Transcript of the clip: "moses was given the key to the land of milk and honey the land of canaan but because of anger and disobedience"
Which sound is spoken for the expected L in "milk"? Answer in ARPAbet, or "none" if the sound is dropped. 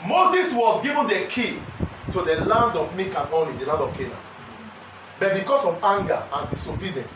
none